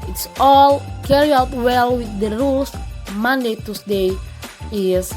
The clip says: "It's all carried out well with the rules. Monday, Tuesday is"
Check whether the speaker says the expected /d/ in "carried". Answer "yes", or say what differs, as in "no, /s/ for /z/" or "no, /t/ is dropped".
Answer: no, /d/ is dropped